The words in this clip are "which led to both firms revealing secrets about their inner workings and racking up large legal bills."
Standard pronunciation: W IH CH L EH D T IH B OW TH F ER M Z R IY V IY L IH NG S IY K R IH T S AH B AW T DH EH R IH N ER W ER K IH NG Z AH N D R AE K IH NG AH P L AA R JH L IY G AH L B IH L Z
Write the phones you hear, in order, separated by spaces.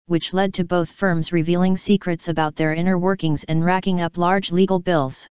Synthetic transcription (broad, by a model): W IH CH L EH D T IH B OW TH F ER M Z R IY V IY L IH NG S IY K R IH T S AH B AW T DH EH R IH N ER W ER K IH NG Z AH N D R AE K IH NG AH P L AA R JH L IY G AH L B IH L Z